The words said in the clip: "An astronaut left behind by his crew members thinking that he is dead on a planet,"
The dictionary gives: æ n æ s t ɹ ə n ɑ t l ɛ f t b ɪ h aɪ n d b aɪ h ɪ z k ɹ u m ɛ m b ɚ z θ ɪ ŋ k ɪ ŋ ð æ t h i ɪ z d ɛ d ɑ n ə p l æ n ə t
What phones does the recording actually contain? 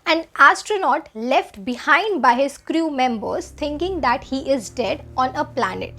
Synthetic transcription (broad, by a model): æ n æ s t ɹ ə n ɑ t l ɛ f t b ɪ h aɪ n d b aɪ h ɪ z k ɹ u m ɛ m b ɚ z t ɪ ŋ k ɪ ŋ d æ t h i ɪ z d ɛ d ɑ n ə p l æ n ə t